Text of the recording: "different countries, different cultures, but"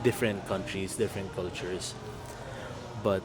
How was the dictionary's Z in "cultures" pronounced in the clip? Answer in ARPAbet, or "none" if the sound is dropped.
S